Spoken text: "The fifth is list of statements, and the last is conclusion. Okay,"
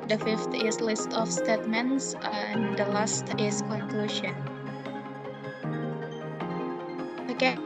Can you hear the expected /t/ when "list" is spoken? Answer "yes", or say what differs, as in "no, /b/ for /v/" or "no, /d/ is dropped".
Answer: yes